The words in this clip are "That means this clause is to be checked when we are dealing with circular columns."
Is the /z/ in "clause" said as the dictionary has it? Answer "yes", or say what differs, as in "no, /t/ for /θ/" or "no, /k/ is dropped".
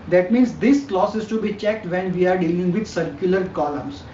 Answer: no, /s/ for /z/